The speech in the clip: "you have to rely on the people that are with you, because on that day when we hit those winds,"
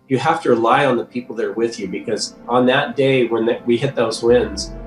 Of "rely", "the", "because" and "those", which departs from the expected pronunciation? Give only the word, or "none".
none